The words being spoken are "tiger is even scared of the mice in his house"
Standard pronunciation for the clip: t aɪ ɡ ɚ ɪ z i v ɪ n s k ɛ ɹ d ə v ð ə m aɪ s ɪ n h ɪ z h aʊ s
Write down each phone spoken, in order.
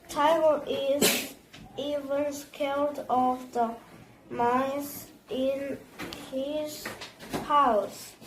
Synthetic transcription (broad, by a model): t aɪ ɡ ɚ ɪ z i v ɪ n s k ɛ l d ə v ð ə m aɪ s ɪ n h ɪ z h aʊ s